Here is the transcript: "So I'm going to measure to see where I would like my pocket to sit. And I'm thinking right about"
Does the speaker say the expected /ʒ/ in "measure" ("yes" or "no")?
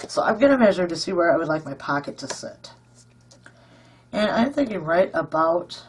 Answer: yes